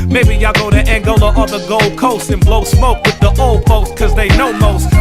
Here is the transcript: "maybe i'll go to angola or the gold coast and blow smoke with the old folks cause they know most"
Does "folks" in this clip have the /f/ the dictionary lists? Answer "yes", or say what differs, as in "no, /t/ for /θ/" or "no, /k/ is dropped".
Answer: no, /p/ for /f/